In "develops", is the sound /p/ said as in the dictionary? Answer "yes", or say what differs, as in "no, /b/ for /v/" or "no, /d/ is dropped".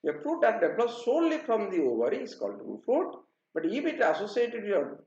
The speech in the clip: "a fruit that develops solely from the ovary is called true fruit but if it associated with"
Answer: no, /p/ is dropped